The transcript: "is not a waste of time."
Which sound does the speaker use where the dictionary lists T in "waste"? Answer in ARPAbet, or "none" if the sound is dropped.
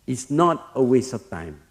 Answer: none